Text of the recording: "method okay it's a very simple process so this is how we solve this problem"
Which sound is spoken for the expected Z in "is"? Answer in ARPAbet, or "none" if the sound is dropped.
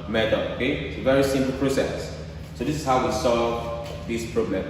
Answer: S